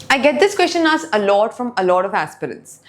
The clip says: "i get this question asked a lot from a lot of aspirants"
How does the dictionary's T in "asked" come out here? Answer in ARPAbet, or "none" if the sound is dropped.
none